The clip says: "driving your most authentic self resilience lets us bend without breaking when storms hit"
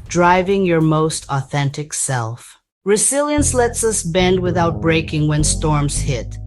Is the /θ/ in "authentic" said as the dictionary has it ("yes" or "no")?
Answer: yes